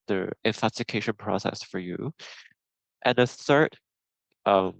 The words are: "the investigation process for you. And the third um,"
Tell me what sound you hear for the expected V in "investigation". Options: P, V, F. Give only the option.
F